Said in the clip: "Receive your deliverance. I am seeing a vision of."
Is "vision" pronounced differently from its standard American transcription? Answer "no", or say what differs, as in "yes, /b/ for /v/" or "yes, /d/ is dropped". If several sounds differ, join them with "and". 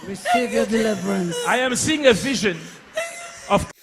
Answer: no